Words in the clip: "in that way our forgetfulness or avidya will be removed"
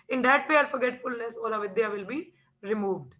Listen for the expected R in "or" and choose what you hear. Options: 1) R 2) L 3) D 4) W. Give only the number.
2